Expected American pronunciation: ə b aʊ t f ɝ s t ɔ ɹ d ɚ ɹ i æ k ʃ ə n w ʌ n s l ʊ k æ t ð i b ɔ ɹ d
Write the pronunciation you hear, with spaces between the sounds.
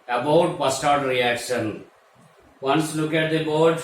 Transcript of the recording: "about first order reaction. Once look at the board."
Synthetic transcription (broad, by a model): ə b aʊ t p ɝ s t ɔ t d ɹ i æ k ʃ ə n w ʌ n s l ʊ k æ t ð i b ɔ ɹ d